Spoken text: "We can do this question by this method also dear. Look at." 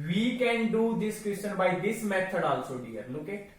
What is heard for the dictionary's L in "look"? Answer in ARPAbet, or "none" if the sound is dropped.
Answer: N